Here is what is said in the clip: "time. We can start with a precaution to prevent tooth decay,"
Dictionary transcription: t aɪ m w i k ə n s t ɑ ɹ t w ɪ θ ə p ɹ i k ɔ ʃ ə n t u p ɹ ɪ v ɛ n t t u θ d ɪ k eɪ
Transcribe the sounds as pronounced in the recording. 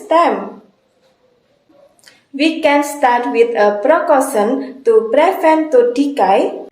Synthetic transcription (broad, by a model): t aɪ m w i k ə n s t ɑ ɹ t w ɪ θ ə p ɹ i k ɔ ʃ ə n t u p ɹ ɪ f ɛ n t t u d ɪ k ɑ